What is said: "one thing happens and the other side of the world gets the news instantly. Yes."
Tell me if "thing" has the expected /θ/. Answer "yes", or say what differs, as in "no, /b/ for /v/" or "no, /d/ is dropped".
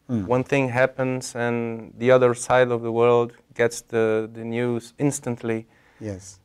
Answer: yes